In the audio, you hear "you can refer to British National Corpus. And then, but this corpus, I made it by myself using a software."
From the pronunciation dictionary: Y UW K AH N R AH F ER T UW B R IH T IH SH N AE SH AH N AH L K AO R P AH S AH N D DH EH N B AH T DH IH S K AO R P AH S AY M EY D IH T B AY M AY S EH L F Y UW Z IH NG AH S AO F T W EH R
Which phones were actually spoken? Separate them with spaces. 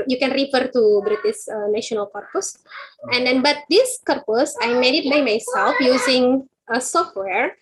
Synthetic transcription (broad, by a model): Y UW K AH N R AH F ER T UW B R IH T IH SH N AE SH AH N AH L K AO R P AH S AH N D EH N B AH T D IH S K AO R P AH S AY M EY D IH T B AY M AY S EH L F Y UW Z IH NG AH S AO F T W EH R